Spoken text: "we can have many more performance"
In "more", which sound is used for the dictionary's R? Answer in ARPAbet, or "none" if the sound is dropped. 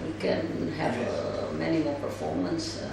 L